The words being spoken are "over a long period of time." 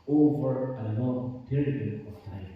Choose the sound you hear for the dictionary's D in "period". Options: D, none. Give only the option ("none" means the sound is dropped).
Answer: none